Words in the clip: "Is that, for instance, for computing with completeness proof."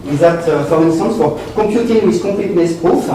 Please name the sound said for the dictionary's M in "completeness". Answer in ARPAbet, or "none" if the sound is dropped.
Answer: none